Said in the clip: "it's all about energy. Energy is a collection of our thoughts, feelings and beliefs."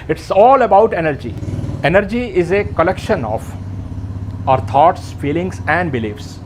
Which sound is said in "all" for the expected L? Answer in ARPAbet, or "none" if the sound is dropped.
L